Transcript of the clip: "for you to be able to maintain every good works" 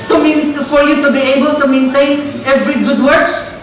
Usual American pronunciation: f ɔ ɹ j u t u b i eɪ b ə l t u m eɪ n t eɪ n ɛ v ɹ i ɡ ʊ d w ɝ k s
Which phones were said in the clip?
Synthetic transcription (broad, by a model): f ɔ ɹ j u t u b i eɪ b ə l t u m eɪ n t eɪ n ɛ v ɹ i ɡ ʊ d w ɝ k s